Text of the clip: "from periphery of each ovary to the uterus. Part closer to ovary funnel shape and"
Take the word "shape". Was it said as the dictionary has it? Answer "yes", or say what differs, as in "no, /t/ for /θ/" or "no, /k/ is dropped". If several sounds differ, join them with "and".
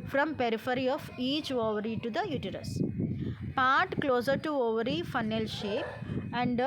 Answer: yes